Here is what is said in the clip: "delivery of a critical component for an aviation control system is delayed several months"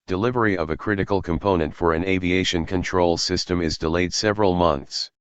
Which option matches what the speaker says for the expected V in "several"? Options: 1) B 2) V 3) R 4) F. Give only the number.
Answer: 2